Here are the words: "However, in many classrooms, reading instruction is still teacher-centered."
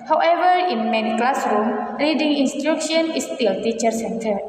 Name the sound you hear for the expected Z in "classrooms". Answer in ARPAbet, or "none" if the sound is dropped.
none